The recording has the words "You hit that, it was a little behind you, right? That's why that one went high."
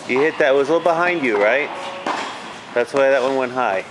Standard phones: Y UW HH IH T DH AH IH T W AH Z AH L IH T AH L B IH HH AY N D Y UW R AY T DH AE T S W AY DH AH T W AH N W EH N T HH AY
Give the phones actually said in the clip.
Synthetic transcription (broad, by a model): Y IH HH IH T DH IH T W AH Z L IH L B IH HH AY N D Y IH R AY T DH AE T S W AY DH AH T W AH N W EH N T HH AY